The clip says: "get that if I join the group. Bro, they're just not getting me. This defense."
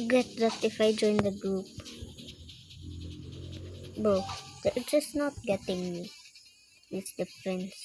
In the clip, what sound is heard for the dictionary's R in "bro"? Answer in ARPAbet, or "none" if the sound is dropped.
none